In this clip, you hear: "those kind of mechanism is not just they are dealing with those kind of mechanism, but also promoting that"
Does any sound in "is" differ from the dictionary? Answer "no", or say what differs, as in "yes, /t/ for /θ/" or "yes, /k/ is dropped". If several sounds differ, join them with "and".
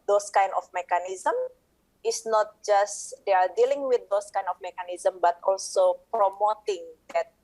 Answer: yes, /s/ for /z/